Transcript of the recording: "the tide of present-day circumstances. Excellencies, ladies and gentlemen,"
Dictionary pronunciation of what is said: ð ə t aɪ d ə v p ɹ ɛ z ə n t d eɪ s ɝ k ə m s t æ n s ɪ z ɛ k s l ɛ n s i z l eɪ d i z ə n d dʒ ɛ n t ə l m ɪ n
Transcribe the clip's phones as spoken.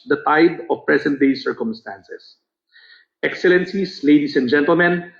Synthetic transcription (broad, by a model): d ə t aɪ d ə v p ɹ ɛ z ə n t d eɪ s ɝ k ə m s t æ n s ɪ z ɛ k s l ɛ n s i s l eɪ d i s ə n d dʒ ɛ n t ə l m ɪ n